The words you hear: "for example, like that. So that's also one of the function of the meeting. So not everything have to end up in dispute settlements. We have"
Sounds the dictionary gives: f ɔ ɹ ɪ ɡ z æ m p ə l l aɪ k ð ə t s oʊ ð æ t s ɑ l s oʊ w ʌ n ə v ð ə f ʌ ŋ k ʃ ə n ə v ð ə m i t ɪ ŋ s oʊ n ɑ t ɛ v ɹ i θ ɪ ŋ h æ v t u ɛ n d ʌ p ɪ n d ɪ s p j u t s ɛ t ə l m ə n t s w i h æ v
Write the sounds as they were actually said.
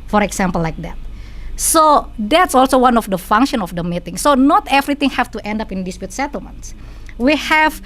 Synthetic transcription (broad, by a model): f ɔ ɹ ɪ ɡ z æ m p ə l l aɪ k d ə t s oʊ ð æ t s ɑ l s oʊ w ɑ n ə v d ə f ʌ ŋ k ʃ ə n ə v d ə m i t ɪ ŋ s oʊ n ɑ t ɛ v ɹ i t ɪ ŋ h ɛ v t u ɛ n d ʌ p ɪ n d ɪ s p j u t s ɛ t ə l m ə n t s w i h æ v